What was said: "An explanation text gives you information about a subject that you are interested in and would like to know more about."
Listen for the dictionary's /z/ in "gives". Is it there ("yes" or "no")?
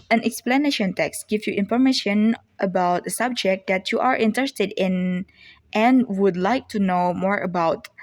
no